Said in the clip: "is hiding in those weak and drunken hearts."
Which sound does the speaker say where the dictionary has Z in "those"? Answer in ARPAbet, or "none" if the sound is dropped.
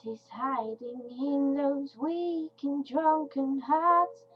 Z